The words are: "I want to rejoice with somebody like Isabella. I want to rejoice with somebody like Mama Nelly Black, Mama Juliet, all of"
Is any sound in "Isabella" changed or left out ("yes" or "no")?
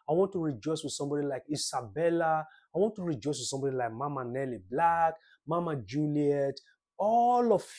yes